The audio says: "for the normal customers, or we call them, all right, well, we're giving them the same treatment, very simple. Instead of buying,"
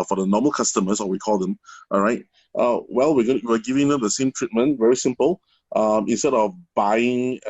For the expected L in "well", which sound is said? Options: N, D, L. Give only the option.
L